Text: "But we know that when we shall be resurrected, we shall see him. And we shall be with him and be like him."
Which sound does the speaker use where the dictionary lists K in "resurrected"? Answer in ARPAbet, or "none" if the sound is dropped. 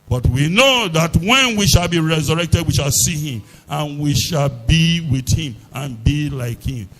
K